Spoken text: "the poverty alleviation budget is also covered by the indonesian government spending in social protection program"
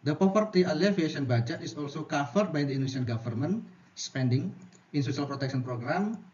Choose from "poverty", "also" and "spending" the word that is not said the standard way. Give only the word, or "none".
poverty